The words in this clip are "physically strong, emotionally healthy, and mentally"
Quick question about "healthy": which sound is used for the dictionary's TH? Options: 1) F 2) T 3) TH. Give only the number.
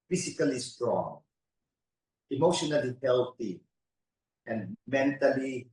2